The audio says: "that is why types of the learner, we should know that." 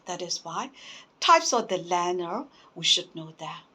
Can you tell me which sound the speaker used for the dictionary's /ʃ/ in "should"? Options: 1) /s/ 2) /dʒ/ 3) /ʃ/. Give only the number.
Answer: 3